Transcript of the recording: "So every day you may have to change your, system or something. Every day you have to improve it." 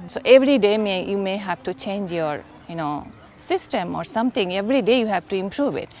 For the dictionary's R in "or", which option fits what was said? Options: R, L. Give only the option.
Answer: R